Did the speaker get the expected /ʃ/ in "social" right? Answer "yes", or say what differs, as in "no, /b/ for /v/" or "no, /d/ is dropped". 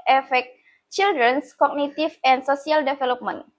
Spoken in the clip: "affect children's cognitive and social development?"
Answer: no, /s/ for /ʃ/